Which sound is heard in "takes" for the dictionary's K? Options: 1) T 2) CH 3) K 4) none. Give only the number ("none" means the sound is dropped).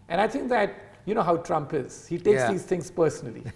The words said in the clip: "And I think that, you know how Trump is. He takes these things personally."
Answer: 4